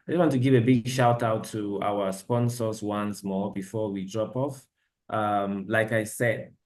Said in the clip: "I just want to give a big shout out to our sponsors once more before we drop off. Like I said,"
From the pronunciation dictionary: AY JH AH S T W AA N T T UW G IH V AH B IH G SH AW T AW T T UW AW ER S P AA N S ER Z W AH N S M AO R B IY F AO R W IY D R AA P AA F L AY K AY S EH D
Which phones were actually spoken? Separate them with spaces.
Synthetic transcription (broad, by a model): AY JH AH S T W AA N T T UW G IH V AH B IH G SH AW T AW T T UW AW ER S P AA N S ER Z W AH N S M AO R B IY F AO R W IY D R AA P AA F L AY K AY S EH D